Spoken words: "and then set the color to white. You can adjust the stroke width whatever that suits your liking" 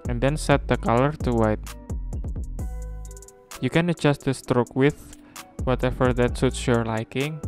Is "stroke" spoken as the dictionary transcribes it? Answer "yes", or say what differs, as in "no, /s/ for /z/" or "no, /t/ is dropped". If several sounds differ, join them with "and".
yes